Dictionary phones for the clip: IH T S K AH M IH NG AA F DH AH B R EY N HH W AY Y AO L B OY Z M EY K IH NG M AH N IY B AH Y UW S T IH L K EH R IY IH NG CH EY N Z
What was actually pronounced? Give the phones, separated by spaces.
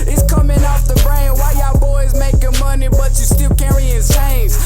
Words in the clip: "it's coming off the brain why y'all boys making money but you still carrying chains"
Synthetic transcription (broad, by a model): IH T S K AH M IH NG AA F DH AH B R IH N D W AY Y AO B OY Z M EY K IH NG M AH N IY B AH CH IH S T IH L K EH R IY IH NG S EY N